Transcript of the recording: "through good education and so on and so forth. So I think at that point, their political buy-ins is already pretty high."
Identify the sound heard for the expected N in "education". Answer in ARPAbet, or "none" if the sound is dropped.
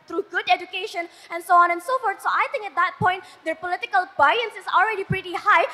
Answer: N